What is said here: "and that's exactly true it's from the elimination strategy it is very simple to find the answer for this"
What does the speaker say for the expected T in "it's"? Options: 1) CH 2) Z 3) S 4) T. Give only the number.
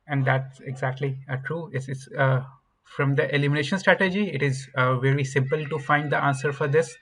3